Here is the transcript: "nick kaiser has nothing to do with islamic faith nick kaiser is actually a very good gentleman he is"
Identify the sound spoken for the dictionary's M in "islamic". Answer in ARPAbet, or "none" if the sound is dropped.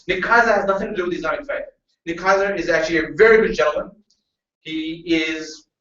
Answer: none